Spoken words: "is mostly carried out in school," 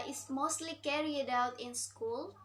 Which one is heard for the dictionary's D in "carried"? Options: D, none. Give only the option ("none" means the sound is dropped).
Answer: D